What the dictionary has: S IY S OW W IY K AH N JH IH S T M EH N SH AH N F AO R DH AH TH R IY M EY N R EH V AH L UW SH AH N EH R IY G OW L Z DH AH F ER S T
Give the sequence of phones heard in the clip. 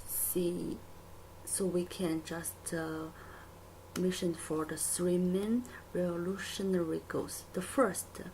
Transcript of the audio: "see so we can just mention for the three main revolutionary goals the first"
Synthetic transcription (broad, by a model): S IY S OW W IY K AH N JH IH S T M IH SH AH N F AO R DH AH S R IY M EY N R EH V AH L UW SH AH N EH R IY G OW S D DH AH F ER S T